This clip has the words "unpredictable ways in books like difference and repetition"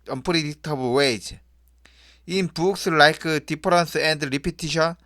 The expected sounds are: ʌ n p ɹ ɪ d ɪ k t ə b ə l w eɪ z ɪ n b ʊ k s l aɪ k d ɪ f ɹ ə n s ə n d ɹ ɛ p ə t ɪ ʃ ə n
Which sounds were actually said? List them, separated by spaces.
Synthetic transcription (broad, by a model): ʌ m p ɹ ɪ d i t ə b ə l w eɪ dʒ ɪ n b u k s l aɪ k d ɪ p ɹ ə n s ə n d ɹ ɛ p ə t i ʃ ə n